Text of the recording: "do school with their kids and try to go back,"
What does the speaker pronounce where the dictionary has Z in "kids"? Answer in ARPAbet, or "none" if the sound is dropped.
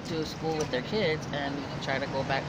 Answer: Z